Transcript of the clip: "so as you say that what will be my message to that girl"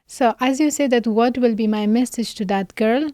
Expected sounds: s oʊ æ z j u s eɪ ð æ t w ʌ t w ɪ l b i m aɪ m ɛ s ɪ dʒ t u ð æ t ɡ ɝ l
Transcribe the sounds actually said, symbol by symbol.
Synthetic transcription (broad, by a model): s oʊ æ z j u s eɪ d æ t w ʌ t w ɪ l b i m aɪ m ɛ s ɪ dʒ t u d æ t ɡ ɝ l